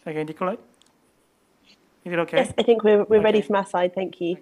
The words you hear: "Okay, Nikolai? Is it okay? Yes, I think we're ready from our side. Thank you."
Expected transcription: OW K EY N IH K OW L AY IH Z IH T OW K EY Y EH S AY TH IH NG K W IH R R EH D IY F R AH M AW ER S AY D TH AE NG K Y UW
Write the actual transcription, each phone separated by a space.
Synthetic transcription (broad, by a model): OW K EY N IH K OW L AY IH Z IH T OW K EY Y EH S AY TH IH NG K W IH W R EH D IY F R AH M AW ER S AY D TH AE NG K Y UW